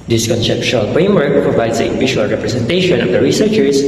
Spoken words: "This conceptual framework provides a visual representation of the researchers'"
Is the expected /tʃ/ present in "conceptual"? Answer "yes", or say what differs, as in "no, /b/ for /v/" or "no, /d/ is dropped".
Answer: no, /ʃ/ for /tʃ/